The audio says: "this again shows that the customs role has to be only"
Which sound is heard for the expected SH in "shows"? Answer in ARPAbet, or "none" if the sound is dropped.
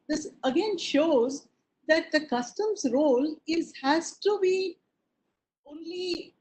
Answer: SH